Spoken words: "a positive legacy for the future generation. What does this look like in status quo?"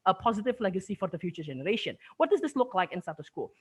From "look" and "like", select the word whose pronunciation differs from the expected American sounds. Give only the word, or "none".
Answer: none